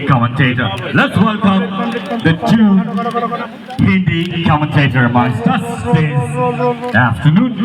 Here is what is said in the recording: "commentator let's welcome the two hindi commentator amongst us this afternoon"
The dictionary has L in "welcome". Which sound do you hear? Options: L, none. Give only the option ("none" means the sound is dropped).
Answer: L